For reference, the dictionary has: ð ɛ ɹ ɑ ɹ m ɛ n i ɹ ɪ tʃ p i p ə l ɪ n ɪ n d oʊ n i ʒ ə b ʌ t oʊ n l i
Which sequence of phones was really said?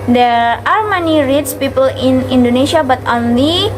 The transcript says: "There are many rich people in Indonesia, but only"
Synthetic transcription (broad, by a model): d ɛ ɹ ɑ ɹ m ɛ n i ɹ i s p i p ə l ɪ n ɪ n d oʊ n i ʃ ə b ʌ t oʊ n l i